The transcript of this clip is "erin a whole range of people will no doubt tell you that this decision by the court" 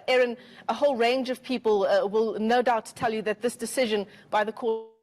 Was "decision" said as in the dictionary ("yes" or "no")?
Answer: yes